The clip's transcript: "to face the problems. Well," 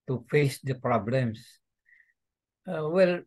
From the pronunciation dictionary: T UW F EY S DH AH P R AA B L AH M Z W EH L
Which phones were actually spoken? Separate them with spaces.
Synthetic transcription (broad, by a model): T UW F EY S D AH P R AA B L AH M S W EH L